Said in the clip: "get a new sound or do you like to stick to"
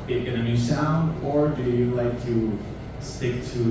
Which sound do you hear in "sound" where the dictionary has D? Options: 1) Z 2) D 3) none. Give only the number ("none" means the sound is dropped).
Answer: 2